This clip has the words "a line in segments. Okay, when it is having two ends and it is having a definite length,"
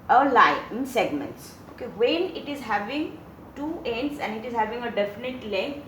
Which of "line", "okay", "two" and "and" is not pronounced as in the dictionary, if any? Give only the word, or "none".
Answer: line